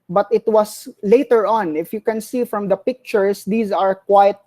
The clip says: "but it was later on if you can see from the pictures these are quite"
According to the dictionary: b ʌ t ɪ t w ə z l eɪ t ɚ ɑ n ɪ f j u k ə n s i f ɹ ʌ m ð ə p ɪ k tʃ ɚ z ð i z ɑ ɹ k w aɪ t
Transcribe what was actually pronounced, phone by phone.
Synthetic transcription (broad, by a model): b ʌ t ɪ t w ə s l eɪ t ɚ ɑ n ɪ f j u k ə n s i f ɹ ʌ m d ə p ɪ k tʃ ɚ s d i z ɑ ɹ k w aɪ t